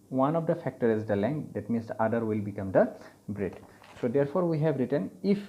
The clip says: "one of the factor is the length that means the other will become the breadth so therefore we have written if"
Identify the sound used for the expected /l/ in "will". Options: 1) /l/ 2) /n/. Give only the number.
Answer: 1